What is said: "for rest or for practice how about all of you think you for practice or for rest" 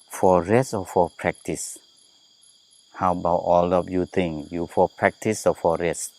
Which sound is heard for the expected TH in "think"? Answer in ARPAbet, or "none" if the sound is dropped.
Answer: T